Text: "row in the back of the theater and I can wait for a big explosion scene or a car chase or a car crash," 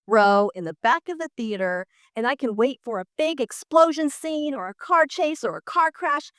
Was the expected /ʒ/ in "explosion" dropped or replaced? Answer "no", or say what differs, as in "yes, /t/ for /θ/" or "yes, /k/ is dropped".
no